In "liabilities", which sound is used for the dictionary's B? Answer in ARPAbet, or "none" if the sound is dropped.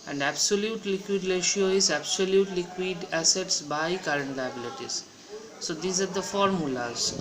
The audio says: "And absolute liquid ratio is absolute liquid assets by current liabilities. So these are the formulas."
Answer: B